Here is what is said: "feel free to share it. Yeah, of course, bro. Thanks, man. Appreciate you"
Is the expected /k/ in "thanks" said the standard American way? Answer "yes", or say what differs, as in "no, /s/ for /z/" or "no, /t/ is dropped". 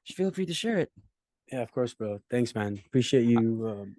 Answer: yes